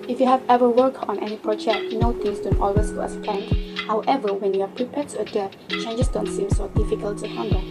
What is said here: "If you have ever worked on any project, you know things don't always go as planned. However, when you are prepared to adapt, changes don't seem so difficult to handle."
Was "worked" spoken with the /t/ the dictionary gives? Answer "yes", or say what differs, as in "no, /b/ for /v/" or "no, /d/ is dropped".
no, /t/ is dropped